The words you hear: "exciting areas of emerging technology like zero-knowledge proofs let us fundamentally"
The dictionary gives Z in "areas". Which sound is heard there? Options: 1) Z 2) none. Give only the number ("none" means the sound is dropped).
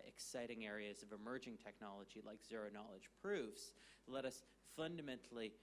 1